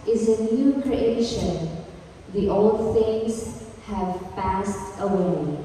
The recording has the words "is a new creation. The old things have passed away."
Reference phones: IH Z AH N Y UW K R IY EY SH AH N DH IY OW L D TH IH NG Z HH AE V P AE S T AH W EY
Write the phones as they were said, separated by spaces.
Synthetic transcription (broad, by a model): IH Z AH N Y UW K R IY EY SH AH N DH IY OW L D TH IH NG Z HH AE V P AE S T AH W EY